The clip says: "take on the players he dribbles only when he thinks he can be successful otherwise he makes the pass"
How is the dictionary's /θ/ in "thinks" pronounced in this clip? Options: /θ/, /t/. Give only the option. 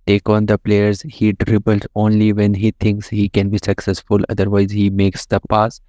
/t/